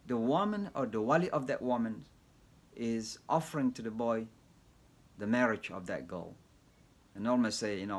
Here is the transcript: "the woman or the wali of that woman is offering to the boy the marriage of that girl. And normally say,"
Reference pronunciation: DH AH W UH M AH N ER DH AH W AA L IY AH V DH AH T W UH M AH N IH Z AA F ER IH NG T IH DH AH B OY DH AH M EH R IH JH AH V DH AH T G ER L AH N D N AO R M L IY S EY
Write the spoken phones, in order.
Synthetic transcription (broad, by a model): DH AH W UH M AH N ER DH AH W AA L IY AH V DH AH T W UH M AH N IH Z AA F ER IH NG T IH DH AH B OY DH AH M EH R IH JH AH V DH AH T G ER L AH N N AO L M IY S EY